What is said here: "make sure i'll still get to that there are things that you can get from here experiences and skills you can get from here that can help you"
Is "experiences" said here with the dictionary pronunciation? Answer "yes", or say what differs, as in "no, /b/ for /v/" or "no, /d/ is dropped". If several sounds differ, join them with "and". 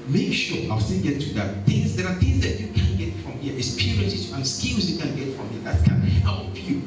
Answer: no, /k/ is dropped